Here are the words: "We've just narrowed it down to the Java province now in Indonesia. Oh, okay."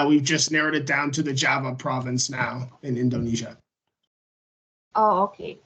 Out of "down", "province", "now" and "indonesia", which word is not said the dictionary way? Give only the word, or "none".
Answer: none